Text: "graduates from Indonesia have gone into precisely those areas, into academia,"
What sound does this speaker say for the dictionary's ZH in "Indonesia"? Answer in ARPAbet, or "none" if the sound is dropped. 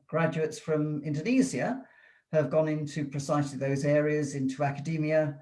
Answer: Z